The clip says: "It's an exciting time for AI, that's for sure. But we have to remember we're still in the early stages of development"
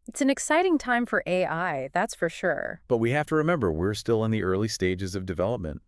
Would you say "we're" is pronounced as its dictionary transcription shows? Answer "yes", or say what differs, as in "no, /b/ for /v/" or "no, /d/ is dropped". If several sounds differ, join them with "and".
yes